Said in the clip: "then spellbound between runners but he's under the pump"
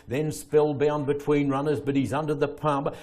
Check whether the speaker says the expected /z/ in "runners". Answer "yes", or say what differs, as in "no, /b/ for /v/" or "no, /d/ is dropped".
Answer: yes